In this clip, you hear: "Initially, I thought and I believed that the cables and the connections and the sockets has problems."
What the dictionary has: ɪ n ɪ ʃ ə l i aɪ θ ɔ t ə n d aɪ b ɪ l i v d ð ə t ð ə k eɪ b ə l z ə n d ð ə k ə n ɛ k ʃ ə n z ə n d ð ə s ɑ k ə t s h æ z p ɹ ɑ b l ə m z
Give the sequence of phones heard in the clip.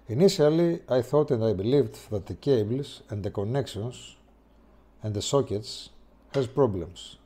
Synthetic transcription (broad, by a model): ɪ n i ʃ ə l i aɪ θ ɔ t ə n d aɪ b ɪ l i v d ð ə t ð ə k eɪ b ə l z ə n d ð ə k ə n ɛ k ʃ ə n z ə n d ð ə s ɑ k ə t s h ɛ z p ɹ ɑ b l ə m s